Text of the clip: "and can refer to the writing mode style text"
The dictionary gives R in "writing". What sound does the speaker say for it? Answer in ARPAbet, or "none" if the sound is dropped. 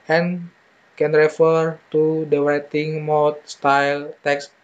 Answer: W